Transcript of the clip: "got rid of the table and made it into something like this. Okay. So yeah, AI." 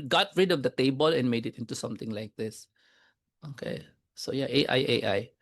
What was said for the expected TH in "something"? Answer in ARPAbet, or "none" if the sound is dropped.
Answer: T